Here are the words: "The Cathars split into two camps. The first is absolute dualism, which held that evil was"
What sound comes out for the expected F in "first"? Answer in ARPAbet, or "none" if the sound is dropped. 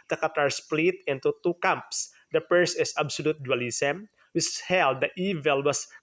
P